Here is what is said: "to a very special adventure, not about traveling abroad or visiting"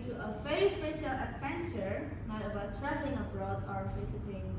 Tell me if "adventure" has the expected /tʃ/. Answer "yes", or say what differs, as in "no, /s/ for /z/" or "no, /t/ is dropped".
yes